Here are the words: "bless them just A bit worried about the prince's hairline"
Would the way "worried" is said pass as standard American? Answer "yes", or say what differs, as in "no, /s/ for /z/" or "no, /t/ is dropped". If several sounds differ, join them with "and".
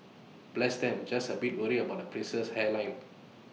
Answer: no, /d/ is dropped